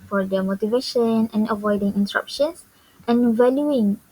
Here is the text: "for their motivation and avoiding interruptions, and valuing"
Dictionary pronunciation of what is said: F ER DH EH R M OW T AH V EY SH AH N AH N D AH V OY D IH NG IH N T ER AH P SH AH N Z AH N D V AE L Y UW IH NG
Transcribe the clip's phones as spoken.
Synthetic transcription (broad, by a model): F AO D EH M OW T AH V EY SH AH N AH N AH V OY D IH NG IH N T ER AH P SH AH N S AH N V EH L Y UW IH NG